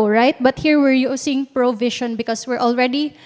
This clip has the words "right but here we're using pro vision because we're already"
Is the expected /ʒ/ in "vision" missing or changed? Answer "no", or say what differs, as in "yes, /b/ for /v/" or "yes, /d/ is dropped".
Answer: yes, /ʃ/ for /ʒ/